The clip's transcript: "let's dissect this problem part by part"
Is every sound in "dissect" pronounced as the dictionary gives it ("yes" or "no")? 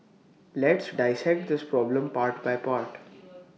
yes